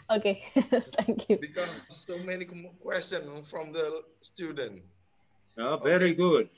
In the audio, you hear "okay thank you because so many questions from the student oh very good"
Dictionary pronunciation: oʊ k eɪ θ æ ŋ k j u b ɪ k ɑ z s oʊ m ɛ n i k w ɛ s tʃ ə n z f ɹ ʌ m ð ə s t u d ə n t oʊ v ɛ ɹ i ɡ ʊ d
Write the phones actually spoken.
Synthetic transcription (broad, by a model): oʊ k eɪ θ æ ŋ k j u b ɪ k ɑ s oʊ m ɛ n i k w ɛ s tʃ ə n f ɹ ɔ m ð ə s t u d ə n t oʊ v ɛ ɹ i ɡ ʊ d